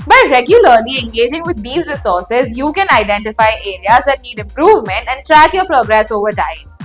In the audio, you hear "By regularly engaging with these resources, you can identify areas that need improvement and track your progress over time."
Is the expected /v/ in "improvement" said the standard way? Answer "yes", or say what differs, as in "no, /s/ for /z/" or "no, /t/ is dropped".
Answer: yes